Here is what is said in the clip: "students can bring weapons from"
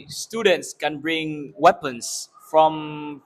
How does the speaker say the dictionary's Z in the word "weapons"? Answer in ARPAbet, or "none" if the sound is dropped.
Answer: S